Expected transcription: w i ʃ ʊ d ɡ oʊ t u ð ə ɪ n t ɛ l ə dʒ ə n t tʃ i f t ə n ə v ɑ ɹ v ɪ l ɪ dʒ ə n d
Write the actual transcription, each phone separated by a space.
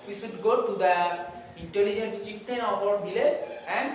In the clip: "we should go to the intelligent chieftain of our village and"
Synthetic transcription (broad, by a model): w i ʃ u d ɡ oʊ t u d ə ɪ n t ɛ l ə dʒ ə n t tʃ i p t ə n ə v ɑ ɹ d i l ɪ ə n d